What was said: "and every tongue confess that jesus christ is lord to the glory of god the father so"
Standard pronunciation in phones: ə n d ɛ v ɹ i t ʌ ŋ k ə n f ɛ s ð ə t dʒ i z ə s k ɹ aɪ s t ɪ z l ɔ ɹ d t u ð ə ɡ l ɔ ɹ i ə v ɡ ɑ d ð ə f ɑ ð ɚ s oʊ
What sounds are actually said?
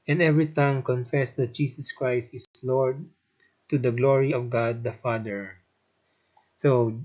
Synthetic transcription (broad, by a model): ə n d ɛ v ɹ i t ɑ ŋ k ə n f ɛ s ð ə t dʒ i s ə s k ɹ aɪ s t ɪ s l ɔ ɹ d t u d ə ɡ l ɔ ɹ i ə v ɡ ɑ d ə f ɑ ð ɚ s oʊ